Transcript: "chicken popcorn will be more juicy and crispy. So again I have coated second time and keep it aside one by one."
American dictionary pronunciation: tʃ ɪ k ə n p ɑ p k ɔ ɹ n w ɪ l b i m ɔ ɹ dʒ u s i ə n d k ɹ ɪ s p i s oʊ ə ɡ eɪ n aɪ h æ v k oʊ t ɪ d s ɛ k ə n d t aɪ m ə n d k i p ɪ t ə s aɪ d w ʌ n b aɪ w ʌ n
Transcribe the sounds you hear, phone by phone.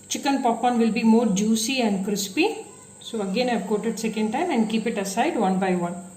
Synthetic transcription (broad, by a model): tʃ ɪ k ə n p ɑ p ɔ n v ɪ l b i m ɔ ɹ dʒ u s i ə n d k ɹ ɪ s p i s oʊ ə ɡ eɪ n aɪ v k oʊ t ɪ d s ɛ k ə n d t aɪ m ə n d k i p ɪ t ə s aɪ d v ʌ n b aɪ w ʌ n